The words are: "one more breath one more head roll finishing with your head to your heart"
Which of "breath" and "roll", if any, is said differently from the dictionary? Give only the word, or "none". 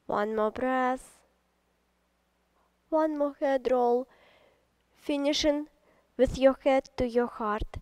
breath